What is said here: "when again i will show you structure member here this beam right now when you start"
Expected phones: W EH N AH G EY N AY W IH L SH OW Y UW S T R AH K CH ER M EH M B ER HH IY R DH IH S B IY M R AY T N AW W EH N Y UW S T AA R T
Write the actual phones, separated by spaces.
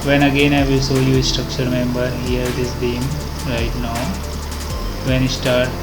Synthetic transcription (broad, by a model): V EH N AH G EY N AY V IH L S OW Y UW S T R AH K CH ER M EH M B ER HH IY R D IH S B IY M R AY T N AW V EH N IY S T AA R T